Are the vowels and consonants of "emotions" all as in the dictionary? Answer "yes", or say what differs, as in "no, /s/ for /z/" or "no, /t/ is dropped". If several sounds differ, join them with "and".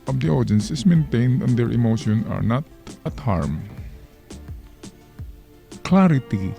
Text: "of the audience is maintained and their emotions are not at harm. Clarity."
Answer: no, /z/ is dropped